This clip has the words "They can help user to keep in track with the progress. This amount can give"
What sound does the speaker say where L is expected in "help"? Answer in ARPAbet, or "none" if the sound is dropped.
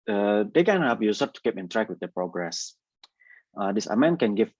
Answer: none